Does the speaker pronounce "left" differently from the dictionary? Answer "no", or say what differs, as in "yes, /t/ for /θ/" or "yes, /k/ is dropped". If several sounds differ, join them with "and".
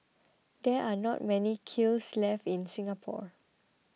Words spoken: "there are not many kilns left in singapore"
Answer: yes, /t/ is dropped